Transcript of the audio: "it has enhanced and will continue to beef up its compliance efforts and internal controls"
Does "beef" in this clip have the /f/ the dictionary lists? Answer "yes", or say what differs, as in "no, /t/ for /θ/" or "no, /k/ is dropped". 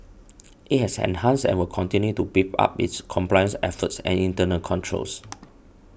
no, /p/ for /f/